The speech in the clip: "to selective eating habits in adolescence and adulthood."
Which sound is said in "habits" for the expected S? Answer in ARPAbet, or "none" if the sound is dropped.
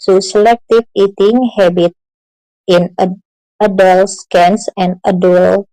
none